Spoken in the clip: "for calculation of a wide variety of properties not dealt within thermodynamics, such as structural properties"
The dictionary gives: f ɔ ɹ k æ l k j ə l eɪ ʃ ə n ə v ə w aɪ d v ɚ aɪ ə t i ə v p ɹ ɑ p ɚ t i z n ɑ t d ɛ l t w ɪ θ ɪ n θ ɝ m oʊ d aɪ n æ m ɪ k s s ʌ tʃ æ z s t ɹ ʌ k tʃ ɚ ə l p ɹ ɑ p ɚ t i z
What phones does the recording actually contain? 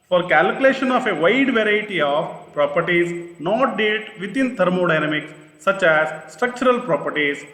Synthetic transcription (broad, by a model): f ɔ ɹ k æ l k j ə l eɪ ʃ ə n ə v ə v aɪ d v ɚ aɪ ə t i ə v p ɹ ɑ p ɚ t i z n ɑ t d ɛ t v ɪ t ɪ n t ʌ m oʊ d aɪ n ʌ m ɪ k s s ʌ tʃ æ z s t ɹ ʌ k tʃ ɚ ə l p ɹ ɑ p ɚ t i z